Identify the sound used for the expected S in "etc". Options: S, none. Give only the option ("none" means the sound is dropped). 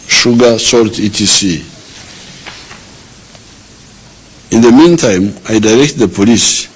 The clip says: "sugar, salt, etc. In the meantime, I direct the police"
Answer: none